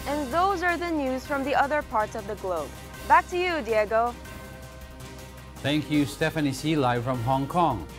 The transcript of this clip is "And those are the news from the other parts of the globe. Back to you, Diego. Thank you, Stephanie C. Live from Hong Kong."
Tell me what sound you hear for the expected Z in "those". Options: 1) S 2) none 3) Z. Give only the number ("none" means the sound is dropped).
3